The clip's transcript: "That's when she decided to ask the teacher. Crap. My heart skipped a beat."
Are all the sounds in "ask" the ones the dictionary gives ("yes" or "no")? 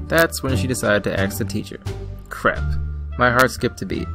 no